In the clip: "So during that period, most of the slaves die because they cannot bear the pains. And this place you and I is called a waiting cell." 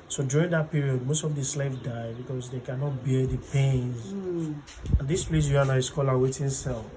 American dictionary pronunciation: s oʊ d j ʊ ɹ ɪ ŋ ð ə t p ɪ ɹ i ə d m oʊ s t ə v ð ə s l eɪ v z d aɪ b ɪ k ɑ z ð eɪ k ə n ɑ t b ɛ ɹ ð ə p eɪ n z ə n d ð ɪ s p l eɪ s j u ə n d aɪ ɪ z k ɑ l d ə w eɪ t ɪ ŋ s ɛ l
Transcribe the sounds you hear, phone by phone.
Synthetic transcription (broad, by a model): s oʊ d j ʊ ɹ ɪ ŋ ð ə t p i ɹ i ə d m oʊ s t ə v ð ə s l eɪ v d aɪ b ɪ k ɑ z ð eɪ k ə n ɑ t b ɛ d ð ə p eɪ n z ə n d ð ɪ s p l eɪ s j u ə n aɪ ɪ s k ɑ l ə w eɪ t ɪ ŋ s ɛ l